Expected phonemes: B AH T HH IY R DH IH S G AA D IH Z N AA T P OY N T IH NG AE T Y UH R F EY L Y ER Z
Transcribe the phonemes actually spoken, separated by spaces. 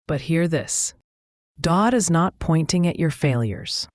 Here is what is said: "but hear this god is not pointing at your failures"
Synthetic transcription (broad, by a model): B AH T HH IY R DH IH S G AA D IH Z N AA T P OY N T IH NG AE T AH R F EY L Y ER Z